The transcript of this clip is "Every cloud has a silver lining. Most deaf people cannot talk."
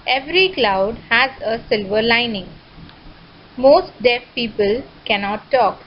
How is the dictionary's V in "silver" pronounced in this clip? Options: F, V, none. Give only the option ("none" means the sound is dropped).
V